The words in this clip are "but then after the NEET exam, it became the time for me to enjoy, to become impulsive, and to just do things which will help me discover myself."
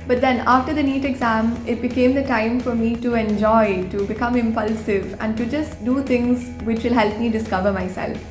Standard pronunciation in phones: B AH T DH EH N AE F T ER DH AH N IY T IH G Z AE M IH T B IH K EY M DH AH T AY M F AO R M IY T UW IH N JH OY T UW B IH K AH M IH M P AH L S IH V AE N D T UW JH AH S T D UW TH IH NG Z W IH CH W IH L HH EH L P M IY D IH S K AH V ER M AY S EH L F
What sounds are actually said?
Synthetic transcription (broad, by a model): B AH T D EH N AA F T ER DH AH N IY T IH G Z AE M IH T B IH K EY M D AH T AY M F AO R M IY T UW IH N JH OY T UW B IH K AH M IH M P AH L S IH V AE N D T UW JH AH S T D UW T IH NG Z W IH CH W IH L HH EH L P M IY D IH S K AH V ER M AY S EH L F